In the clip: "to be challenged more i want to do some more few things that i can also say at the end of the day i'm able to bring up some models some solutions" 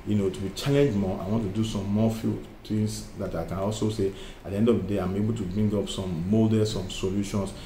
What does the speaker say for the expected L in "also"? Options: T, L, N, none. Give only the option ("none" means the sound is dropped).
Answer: L